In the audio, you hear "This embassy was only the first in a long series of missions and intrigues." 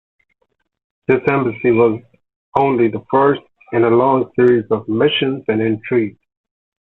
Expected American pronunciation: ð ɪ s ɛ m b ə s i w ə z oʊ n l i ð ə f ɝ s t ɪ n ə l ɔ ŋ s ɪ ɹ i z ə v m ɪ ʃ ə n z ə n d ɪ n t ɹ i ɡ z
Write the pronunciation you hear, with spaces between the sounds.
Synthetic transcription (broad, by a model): ð ɪ s ɛ m b ə s i w ə z oʊ n l i ð ə f ɝ s t ɪ n ə l ɔ ŋ s ɪ ɹ i z ə v m ɪ ʃ ə n z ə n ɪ n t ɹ i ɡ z